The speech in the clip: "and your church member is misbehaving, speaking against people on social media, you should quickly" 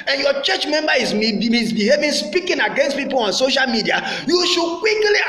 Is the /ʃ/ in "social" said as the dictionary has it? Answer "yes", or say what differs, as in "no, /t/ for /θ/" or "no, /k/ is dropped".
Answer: yes